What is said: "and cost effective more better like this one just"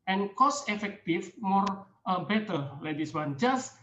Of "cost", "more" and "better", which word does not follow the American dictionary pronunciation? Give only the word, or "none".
cost